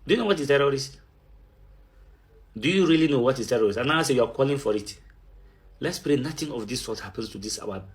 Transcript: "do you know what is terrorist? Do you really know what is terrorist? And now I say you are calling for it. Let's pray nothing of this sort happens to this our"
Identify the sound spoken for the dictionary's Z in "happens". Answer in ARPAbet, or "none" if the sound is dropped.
S